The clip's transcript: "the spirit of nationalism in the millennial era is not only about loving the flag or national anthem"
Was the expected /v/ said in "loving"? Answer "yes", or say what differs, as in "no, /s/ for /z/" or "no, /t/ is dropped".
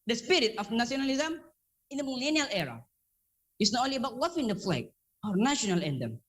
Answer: no, /f/ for /v/